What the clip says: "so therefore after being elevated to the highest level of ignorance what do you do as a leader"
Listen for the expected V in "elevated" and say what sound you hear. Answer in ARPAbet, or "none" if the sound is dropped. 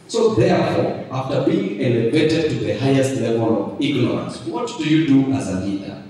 B